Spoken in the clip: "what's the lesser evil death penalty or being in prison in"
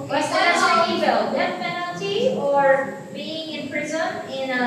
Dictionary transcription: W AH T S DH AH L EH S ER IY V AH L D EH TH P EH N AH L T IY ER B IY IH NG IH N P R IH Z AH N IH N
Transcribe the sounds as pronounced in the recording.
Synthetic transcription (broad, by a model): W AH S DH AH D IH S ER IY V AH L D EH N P EH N L T IY ER B IY IH NG IH N P R IH Z AH N IH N